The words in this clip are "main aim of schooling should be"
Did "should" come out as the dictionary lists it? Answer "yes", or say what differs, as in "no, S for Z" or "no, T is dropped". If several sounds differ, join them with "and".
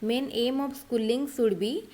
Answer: no, S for SH